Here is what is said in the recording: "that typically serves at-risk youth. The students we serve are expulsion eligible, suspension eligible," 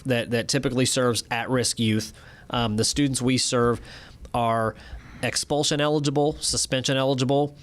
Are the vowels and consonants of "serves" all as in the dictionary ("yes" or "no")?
yes